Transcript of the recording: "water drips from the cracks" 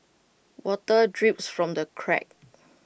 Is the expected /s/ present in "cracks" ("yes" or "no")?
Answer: no